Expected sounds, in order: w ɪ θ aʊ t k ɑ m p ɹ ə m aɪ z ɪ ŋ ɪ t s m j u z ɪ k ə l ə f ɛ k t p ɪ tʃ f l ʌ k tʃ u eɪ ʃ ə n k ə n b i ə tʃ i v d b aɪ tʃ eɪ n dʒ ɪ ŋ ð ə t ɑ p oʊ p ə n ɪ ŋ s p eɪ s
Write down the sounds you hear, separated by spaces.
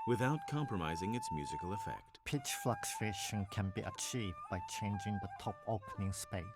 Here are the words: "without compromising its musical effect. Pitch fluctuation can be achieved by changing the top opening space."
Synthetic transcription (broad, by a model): w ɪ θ aʊ t k ɑ m p ɹ ə m aɪ z ɪ ŋ ɪ t s m j u z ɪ k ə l ə f ɛ k t p ɪ tʃ f l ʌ k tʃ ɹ eɪ ʃ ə n k ə n b i ə tʃ i v d b aɪ tʃ eɪ n dʒ ɪ ŋ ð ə t ɑ p oʊ p ə n ɪ ŋ s p eɪ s